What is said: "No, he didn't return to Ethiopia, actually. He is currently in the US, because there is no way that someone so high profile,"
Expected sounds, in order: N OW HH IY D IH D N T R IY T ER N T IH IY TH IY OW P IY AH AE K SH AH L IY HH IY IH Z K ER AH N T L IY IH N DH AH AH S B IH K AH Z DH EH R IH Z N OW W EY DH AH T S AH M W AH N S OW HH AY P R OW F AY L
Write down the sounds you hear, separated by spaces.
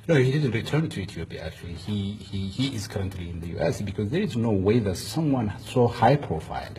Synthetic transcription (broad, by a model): N OW HH IY D IH D N T R IY T ER N T IH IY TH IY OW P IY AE K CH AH L IY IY IY IH Z K ER AH N T L IY IH N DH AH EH S B IH K AH Z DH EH R IH Z N OW W EY DH AH T S AH M W AH N S OW HH AY P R OW F AY L